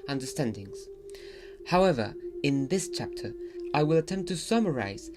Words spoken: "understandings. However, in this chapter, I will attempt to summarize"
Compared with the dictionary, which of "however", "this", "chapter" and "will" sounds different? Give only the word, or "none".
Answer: none